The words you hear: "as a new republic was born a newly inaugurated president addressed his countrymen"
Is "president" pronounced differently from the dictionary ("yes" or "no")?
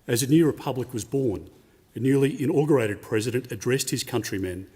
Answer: no